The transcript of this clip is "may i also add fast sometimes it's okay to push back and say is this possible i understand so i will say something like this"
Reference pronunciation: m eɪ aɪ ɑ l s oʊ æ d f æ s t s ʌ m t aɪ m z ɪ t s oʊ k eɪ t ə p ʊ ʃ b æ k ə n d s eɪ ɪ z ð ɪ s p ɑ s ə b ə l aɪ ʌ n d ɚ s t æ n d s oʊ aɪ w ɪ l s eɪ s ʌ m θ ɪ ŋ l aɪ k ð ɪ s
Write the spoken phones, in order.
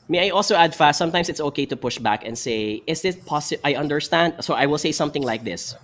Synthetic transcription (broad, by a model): m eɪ aɪ ɑ l s oʊ æ d f æ s t s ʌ m t aɪ m s ɪ t s oʊ k eɪ t ə p ʊ ʃ b æ k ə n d s eɪ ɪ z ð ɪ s p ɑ s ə ə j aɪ ʌ n d ɚ s t æ n d s oʊ aɪ w ɪ l s eɪ s ʌ m θ ɪ ŋ l aɪ k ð ɪ s